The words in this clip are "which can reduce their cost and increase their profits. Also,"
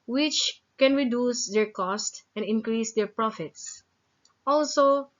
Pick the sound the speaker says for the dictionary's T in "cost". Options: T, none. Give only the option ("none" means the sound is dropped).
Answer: T